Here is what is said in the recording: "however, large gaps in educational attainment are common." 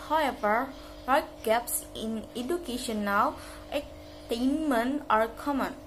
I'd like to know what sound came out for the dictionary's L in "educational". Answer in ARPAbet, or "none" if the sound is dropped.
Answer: W